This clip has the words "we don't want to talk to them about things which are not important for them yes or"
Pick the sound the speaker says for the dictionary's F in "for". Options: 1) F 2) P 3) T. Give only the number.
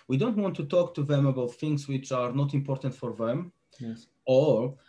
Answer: 1